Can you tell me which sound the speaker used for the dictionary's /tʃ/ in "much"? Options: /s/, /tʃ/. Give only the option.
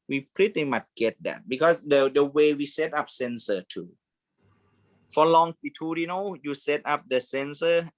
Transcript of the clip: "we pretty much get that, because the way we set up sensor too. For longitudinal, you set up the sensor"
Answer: /s/